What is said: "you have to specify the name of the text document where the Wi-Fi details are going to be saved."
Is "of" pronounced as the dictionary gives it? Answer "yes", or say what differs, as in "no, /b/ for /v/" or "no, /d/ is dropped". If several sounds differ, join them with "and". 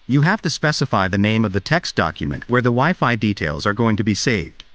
yes